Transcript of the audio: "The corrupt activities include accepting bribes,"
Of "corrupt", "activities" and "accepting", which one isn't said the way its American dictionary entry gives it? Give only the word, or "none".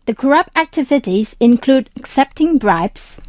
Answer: none